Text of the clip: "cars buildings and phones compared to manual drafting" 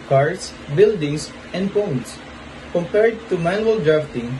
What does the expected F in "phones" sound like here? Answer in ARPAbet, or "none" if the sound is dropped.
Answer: P